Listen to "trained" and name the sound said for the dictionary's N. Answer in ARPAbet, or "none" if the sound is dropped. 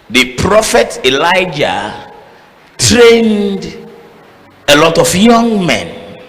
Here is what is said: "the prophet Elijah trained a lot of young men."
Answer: N